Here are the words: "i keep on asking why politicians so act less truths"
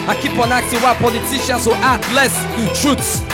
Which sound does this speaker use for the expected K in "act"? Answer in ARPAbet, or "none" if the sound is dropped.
none